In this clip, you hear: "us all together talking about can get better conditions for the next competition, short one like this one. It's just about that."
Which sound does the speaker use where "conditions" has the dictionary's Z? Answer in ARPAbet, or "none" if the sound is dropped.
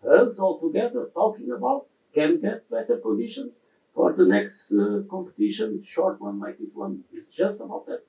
none